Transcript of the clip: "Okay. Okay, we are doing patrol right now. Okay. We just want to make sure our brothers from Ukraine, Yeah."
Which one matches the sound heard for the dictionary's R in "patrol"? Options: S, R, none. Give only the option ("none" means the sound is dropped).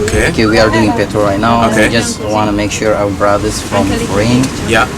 none